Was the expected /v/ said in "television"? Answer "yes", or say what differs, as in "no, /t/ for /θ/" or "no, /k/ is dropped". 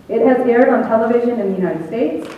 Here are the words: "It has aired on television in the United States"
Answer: yes